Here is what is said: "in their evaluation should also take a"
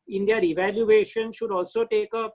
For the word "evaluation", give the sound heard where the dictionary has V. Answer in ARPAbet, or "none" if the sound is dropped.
V